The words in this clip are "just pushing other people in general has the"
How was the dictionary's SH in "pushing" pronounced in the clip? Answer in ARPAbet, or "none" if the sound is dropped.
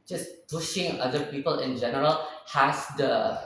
SH